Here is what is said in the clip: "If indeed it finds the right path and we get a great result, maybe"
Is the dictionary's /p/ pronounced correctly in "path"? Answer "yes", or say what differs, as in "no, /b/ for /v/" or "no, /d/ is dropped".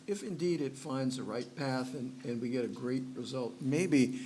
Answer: yes